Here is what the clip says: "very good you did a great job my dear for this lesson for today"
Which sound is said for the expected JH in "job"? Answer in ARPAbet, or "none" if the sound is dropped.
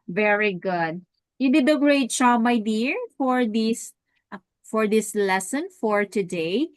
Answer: CH